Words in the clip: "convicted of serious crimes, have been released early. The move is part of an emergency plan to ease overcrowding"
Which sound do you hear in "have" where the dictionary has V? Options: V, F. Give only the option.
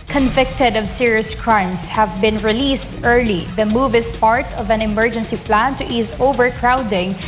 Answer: V